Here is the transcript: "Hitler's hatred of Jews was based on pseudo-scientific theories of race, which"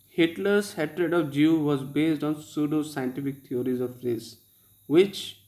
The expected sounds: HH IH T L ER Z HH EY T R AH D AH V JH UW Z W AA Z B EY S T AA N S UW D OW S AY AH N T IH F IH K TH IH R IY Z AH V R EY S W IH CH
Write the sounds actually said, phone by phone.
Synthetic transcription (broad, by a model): HH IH T L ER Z HH EY T R AH D AH V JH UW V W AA Z B EY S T AA N S UW D OW S AY AH N T IH F IH K T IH R IY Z AH V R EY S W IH CH